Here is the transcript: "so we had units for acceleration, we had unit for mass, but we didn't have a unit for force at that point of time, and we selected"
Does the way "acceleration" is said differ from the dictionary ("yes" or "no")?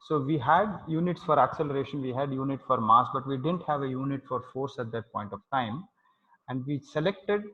no